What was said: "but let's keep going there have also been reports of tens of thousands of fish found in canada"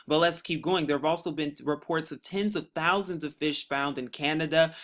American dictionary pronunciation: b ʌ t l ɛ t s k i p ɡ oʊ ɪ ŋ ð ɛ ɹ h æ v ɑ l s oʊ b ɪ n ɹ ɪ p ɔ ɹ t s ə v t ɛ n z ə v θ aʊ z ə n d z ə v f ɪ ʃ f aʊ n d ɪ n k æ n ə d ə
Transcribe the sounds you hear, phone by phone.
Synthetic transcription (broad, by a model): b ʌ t l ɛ t s k i p ɡ oʊ ɪ ŋ ð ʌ ɹ v ɑ l s oʊ b ɪ n ɹ ɪ p ɔ ɹ t s ə v t ɛ n z ə v θ aʊ z ə n d z ə v f ɪ ʃ f aʊ n d ɪ n k æ n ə d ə